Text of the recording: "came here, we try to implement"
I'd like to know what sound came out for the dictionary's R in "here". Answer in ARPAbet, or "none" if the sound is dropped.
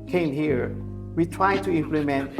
R